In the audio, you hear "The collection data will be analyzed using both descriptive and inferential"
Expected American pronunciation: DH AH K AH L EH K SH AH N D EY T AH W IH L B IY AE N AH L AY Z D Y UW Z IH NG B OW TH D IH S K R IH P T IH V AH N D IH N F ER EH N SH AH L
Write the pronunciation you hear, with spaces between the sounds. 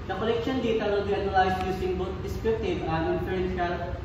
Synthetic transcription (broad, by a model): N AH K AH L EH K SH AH N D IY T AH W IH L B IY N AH L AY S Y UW S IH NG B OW T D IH S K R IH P T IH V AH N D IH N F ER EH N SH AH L